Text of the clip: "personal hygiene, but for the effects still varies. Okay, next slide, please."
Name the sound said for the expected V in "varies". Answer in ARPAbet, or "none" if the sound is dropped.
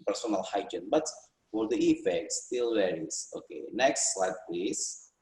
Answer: W